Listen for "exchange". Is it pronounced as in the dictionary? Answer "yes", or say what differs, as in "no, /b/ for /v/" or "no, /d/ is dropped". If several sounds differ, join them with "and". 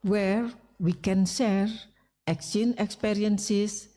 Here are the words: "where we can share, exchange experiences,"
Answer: no, /dʒ/ is dropped